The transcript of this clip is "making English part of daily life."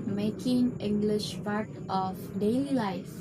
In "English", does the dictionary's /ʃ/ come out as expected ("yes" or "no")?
yes